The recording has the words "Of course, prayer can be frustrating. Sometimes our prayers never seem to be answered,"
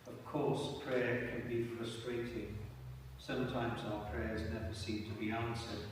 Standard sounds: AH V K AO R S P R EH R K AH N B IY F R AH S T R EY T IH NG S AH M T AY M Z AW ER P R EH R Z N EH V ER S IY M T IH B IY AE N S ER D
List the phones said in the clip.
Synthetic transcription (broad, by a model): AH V K AO R S P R EH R K AH N B IY F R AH S T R EY T IH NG S AH M T AY M Z AW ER P R EH R Z N EH V ER S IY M T IH B IY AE N S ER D